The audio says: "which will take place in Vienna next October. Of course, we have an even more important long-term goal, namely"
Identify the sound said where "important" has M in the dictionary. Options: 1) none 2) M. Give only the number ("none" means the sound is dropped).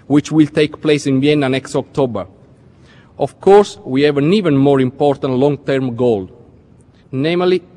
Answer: 2